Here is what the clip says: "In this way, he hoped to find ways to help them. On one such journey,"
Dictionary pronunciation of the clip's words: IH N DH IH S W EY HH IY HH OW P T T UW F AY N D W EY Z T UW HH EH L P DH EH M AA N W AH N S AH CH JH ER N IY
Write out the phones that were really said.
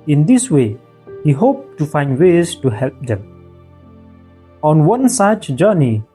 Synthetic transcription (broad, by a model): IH N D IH S W EY HH IY HH OW P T T UW F AY N D W EY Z T UW HH EH L P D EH M AA N W AH N S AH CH JH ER N IY